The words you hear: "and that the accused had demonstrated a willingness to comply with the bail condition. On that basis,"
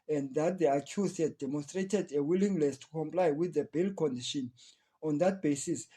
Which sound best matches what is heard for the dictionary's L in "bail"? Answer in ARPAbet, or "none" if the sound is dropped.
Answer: L